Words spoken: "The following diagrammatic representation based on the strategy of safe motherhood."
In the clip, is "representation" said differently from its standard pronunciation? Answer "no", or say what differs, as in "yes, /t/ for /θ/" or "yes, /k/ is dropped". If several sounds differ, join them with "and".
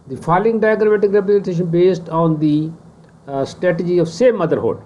no